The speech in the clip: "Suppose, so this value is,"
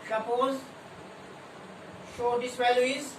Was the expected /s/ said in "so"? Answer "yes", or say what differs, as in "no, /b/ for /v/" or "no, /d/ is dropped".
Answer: no, /ʃ/ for /s/